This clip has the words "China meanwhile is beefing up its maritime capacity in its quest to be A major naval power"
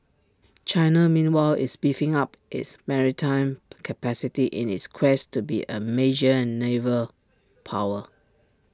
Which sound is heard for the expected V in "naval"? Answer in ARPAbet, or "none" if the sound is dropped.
V